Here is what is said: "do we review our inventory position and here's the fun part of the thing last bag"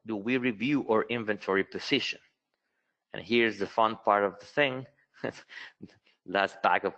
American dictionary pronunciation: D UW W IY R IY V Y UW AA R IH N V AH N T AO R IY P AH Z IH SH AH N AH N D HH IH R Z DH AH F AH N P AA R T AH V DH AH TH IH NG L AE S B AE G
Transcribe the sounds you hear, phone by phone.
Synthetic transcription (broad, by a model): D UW W IY R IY V Y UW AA R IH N V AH N T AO R IY P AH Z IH SH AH N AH N HH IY R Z DH AH F AH N P AA R T AH V DH AH TH IH NG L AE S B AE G